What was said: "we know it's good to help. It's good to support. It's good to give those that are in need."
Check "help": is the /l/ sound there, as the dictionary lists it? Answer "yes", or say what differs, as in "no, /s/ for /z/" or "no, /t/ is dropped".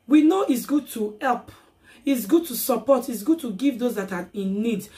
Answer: yes